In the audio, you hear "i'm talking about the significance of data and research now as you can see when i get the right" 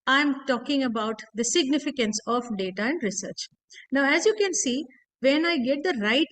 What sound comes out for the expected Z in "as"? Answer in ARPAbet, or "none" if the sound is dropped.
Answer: Z